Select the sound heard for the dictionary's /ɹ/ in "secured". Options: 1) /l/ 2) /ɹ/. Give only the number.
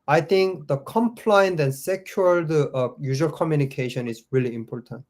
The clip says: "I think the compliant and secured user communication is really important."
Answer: 1